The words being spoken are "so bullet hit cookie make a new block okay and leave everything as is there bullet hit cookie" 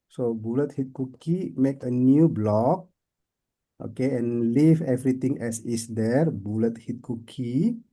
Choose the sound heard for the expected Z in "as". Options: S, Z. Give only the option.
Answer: S